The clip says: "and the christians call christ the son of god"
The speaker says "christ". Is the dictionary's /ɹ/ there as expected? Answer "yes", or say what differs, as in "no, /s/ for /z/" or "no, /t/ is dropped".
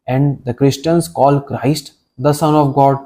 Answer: yes